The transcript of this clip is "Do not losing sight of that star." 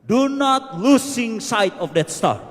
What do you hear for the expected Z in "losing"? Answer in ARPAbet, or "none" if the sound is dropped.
S